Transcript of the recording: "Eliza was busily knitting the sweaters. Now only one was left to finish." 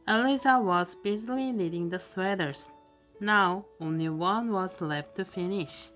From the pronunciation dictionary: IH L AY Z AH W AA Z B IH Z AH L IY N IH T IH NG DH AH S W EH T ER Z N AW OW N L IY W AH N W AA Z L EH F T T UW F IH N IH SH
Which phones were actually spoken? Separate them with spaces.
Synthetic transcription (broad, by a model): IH L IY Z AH W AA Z B IH Z AH L IY L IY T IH NG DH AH S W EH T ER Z N AW OW N L IY W AH N W AA Z L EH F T T UW F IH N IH SH